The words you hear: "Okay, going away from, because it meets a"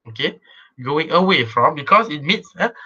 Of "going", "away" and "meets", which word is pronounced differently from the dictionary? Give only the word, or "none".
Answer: none